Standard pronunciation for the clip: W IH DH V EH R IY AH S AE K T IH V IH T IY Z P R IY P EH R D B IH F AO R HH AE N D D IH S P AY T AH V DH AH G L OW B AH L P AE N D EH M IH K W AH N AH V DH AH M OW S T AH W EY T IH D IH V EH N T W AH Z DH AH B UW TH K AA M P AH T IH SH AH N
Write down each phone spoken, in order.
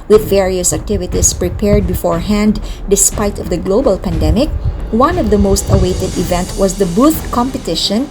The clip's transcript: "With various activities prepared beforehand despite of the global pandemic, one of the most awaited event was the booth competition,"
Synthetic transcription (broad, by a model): W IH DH V EH R IY AH S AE K T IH V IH T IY S P R IY P EH R D B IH F AO R HH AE N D D IH S P AY T AH V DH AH G L OW B AH L P AE N D EH M IH K W AH N AH V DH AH M OW S T AH W EY T IH D IH V EH N T W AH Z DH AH B UW TH K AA M P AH T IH SH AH N